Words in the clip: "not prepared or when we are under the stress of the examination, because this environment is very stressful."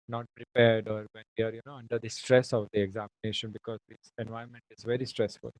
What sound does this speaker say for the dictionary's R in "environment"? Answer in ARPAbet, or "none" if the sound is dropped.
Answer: none